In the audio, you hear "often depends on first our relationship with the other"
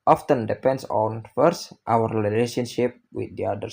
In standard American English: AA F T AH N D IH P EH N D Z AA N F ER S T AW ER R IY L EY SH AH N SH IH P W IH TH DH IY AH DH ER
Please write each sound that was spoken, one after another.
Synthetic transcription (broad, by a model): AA F T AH N D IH P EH N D S AA N F ER S T AW ER L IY L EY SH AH N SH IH P W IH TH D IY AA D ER